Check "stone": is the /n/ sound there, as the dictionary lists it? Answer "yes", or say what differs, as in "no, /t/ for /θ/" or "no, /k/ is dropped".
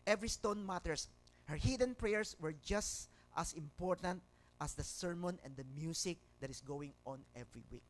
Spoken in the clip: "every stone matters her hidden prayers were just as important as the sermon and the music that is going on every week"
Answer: yes